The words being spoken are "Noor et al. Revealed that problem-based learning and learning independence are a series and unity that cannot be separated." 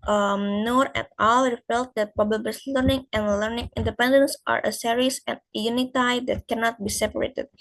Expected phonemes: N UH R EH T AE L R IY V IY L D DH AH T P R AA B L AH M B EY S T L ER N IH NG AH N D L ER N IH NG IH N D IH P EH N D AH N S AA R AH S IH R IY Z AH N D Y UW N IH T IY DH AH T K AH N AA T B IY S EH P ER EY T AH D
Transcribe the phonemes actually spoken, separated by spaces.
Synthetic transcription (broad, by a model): N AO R EH T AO L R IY F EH L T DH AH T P AA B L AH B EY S L ER N IH NG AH N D L ER N IH NG IH N D IH P EH N D AH N S AA R AH S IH R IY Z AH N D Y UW N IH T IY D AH T K AH N AA T B IY S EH P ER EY T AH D